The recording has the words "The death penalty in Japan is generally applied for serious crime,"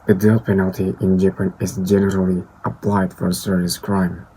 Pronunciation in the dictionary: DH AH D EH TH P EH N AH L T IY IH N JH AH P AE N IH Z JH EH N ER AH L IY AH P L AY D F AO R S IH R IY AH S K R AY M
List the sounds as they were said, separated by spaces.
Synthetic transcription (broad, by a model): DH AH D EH T P EH N AH L T IY IH N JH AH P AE N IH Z JH EH N ER AH L IY AH P L AY D F AO R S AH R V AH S K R AY M